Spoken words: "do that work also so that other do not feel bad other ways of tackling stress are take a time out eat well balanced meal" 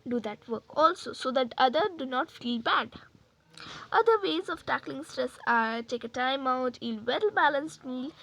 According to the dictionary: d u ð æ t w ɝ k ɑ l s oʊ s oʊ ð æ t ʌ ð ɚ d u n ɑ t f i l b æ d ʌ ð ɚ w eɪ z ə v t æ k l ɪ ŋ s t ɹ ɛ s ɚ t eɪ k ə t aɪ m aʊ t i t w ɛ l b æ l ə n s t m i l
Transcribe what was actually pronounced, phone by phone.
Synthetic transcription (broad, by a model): d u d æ t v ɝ k ɑ l s oʊ s oʊ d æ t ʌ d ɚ d u n ɑ t f i l b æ d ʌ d ɚ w eɪ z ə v t æ k l ɪ ŋ s t ɹ ɛ s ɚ t eɪ k ə t aɪ m aʊ t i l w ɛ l b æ l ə n s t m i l